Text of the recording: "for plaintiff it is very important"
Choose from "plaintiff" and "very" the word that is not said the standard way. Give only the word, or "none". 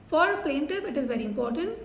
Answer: plaintiff